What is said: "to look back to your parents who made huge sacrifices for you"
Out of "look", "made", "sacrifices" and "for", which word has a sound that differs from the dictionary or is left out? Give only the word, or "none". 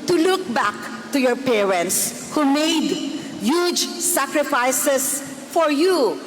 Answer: sacrifices